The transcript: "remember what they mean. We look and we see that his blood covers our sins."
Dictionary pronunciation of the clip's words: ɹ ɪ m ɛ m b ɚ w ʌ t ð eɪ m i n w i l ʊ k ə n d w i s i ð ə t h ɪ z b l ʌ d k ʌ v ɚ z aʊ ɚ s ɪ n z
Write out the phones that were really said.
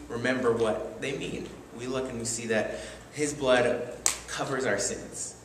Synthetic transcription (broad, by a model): ɹ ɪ m ɛ m b ɚ w ʌ t ð eɪ m i n w i l ʊ k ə n w i s i ð ə t h ɪ z b l ʌ d k ʌ v ɚ z aʊ ɚ s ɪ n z